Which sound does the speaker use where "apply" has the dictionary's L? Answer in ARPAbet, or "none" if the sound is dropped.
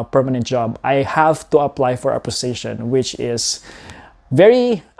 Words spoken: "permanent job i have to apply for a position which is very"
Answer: L